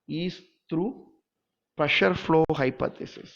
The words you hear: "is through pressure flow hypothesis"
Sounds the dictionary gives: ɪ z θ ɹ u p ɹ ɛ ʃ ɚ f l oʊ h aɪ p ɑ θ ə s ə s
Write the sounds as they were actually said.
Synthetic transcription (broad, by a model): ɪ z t ɹ u p ɹ ɛ ʃ ɚ f l oʊ h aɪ p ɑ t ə s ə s